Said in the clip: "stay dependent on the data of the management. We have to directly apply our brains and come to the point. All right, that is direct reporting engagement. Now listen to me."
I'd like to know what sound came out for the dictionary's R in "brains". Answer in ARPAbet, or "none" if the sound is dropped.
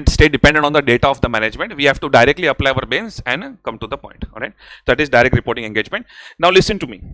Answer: none